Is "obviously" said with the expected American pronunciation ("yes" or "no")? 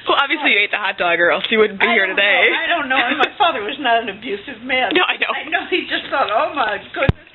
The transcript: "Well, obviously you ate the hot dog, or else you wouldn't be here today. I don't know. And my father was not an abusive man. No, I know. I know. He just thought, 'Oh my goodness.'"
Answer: yes